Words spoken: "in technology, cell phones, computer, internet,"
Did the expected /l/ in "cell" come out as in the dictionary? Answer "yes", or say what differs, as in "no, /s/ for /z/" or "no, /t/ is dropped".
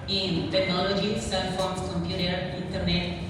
no, /n/ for /l/